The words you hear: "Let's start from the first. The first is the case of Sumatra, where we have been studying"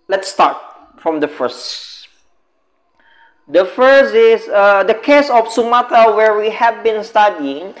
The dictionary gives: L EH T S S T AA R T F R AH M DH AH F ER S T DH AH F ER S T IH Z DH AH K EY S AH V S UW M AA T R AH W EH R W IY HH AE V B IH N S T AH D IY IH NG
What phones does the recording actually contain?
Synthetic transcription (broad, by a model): L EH T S S T AA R T F R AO M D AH F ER S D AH F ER S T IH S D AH K EY S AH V S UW M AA T AH W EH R W IY HH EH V B IH N S T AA D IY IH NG